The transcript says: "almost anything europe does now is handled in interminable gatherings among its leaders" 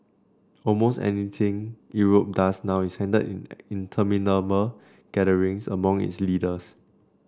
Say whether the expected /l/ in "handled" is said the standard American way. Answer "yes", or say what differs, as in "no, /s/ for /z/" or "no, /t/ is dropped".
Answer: no, /l/ is dropped